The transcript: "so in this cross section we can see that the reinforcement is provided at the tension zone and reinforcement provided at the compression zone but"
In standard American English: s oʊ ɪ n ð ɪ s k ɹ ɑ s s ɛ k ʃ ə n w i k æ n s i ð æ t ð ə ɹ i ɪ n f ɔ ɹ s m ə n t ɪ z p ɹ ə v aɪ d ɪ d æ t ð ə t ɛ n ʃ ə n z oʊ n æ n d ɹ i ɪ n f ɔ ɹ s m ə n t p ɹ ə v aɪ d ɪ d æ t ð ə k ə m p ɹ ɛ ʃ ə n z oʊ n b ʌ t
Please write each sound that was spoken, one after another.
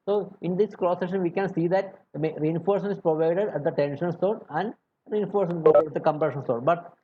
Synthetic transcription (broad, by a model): s oʊ ɪ n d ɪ s k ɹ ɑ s s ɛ ʃ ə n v i k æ n s i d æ t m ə ɹ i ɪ n f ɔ ɹ s ə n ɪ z p ɹ ə v aɪ d ɪ d æ t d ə t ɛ n ʃ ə n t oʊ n æ n d ɹ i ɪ n f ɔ ɹ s ə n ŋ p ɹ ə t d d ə k ə m p ɹ ɛ ʃ ə n s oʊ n b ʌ t